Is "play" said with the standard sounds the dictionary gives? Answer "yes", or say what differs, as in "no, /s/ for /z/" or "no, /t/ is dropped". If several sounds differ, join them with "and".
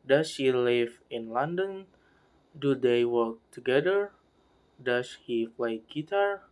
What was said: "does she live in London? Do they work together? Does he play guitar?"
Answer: no, /f/ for /p/